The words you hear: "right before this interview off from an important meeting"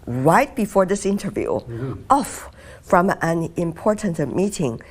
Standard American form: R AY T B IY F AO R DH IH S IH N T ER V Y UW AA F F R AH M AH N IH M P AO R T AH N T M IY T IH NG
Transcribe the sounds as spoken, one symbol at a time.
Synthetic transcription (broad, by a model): R AY T B IY F AO R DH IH S IH N T ER V Y UW AA F F R AH M AH N IH M P AO R T AH N T M IY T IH NG